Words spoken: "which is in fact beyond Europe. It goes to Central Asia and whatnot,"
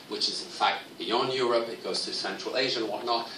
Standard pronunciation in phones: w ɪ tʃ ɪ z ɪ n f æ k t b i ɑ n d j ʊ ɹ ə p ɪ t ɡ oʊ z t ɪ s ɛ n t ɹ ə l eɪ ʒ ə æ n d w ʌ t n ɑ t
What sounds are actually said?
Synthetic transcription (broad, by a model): w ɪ tʃ ɪ z ɪ n f æ k t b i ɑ n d j ʊ ɹ ə p ɪ t ɡ oʊ z t ɪ s ɛ n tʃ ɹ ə l eɪ ʒ ə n w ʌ t n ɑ t